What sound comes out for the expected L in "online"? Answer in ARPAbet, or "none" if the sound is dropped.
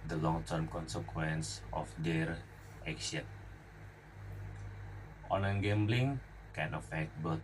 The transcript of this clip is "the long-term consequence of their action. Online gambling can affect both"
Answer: none